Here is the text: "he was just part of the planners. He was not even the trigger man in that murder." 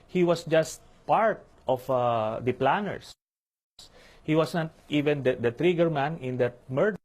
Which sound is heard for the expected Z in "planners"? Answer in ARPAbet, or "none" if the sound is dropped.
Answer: S